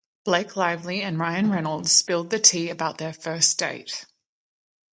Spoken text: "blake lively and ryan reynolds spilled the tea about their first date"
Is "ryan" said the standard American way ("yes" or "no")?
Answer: yes